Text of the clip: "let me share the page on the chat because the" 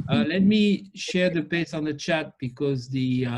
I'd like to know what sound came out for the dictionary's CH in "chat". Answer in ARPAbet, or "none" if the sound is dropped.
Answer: CH